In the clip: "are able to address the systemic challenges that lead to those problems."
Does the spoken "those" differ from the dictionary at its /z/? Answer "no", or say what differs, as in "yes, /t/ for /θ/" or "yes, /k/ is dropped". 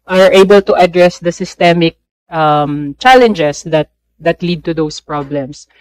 yes, /s/ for /z/